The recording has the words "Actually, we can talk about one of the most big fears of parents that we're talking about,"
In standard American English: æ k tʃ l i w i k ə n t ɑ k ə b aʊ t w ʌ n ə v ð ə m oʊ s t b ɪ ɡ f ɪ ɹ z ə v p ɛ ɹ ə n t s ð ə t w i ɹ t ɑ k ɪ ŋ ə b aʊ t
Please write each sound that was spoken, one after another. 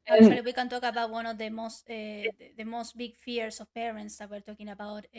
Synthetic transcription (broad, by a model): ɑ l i w i k ə n t ɑ k ə b aʊ t w ʌ n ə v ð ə m oʊ s t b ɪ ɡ f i ɹ s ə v p ɛ ɹ ə n t s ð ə t w i ɹ t ɑ k ɪ ŋ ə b aʊ t